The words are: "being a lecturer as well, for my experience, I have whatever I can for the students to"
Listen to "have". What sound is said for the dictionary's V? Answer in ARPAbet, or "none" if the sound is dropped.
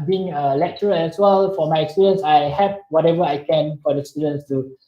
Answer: P